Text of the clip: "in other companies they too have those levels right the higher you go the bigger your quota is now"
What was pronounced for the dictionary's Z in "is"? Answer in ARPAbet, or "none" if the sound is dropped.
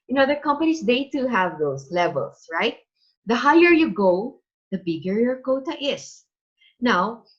S